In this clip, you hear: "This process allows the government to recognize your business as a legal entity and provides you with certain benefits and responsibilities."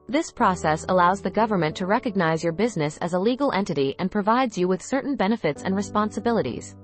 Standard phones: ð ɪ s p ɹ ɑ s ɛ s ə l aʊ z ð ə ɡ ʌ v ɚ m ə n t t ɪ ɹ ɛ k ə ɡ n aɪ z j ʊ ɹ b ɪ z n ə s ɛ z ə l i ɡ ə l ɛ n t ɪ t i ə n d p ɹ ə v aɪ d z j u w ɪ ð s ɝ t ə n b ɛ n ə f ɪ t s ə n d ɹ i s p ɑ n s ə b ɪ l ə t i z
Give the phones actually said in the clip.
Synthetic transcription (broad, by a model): ð ɪ s p ɹ ɑ s ɛ s ə l aʊ z ð ə ɡ ʌ v ɚ m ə n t t ɪ ɹ ɛ k ə ɡ n aɪ z j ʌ ɹ b ɪ z n ə s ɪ z ə l i ɡ l ɛ n t ɪ t i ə n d p ɹ ə v aɪ d z j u w ɪ ð s ɝ t n b ɛ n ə f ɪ t s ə n ɹ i s p ɑ n s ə b ɪ l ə t i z